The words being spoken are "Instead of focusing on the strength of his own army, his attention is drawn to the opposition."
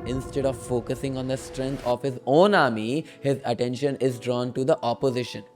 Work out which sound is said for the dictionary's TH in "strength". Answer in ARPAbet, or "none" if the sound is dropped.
T